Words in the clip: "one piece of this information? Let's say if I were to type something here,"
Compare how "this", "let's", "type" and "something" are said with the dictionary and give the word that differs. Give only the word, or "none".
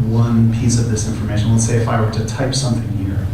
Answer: let's